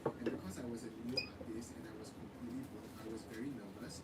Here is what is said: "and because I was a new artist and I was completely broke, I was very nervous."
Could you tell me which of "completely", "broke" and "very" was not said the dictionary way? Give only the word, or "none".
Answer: broke